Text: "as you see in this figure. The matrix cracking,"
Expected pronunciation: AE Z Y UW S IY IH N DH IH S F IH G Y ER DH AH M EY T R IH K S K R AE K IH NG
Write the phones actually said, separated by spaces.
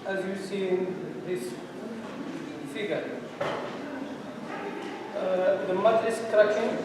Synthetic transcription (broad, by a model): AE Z Y UW S IY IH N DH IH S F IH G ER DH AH M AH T IH S K R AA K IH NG